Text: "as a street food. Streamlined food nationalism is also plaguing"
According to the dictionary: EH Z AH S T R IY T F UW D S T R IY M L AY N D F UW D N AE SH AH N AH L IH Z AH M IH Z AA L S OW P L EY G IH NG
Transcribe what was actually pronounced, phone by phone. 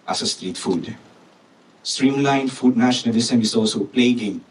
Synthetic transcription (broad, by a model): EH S AH S T R IY T F UW D S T R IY M L AY N F UW D N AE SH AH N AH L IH S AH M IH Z AA L S OW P L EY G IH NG